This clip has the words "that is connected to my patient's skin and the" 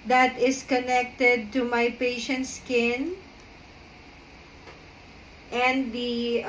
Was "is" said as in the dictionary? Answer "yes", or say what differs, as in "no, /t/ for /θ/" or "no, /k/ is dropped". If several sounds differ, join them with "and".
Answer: no, /s/ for /z/